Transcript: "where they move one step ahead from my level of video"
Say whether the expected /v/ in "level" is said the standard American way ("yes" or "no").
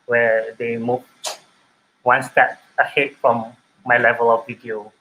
yes